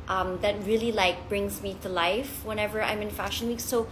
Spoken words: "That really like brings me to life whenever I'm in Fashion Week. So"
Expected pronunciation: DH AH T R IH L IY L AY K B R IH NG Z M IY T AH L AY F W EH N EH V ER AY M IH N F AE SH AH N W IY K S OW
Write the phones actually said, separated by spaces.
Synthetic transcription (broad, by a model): DH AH T R IH L IY L AY K B R IH NG Z M IY T AH L AY F W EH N EH V ER AY M IH N F AE SH AH N W IY K S OW